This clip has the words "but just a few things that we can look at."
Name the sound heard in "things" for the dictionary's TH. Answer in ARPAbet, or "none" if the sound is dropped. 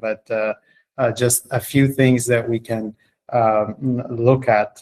TH